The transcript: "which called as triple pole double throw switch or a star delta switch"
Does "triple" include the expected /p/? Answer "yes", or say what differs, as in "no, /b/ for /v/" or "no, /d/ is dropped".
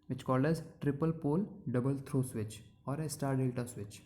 yes